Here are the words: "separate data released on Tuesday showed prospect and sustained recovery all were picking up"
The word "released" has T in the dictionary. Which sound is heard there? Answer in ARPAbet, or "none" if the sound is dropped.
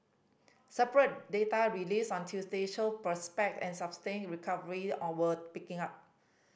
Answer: none